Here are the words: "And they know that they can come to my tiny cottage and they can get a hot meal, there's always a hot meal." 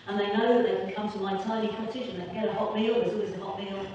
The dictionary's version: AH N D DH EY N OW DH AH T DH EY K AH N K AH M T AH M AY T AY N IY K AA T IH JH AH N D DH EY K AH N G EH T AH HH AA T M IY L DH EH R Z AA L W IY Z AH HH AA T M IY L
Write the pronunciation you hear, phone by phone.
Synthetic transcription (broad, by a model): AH N DH EY N OW DH AH T DH EY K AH N K AH M T AH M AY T AY L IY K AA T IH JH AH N DH EY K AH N G EH T AH HH AA T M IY L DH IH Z AA L W IY Z AH HH AA T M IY L